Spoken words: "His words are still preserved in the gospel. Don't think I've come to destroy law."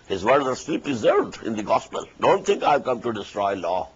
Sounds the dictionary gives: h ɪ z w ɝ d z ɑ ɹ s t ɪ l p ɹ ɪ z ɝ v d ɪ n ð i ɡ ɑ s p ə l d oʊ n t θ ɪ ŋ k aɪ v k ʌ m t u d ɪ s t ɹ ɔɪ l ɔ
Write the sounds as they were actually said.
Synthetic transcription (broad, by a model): h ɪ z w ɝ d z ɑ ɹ s t ɪ l p ɹ ɪ z ɝ v d ɪ n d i ɡ ɑ s p ə l d oʊ n t t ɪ ŋ k aɪ v k ʌ m t u d ɪ s t ɹ ɔɪ l ɔ